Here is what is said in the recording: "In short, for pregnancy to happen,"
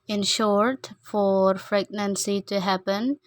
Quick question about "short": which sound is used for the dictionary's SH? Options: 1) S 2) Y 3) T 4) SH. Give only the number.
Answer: 4